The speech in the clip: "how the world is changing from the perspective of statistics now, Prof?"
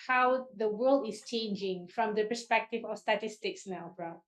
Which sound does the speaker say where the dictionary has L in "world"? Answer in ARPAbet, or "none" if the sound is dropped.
L